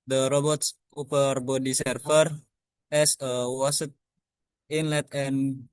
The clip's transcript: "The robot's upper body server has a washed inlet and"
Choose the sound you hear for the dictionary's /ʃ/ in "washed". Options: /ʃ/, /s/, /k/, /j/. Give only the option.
/s/